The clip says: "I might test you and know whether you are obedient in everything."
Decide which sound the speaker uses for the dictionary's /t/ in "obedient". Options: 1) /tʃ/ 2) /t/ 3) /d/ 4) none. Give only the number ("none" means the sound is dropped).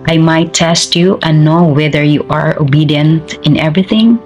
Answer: 2